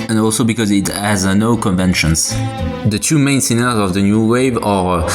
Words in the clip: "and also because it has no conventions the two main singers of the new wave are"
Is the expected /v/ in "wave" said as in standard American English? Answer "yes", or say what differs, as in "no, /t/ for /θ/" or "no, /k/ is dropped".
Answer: yes